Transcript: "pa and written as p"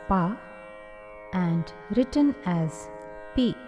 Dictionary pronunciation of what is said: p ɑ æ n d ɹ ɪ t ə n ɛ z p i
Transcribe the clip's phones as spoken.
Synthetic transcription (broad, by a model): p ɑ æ n d ɹ ɪ t ə n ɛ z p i